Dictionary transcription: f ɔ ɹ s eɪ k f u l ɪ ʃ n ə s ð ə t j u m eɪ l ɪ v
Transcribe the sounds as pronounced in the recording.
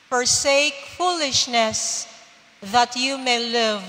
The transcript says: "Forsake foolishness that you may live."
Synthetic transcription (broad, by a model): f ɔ ɹ s eɪ k f u l ɪ ʃ n ə s ð ə t j u m eɪ l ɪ v